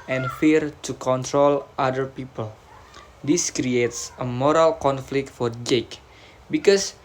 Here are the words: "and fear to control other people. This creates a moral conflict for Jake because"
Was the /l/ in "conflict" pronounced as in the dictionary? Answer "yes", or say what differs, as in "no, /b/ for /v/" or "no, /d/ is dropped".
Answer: yes